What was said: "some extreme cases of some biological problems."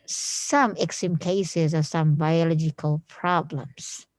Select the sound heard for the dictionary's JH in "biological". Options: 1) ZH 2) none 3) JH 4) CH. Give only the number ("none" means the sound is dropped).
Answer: 3